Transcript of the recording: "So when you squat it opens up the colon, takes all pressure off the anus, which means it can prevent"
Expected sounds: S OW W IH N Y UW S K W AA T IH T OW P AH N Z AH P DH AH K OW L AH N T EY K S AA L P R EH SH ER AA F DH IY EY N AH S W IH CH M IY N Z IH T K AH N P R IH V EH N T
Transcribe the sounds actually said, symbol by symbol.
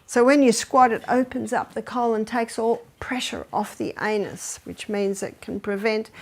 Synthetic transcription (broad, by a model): S OW W IH N Y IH S K W AA T IH T OW P AH N Z AH P DH AH K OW L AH N T EY K S AA L P R EH SH ER AA F DH IY EY N AH S W IH CH M IY N Z IH T K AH N P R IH V EH N T